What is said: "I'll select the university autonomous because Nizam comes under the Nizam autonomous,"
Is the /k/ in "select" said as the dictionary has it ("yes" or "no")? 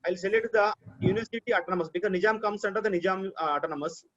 no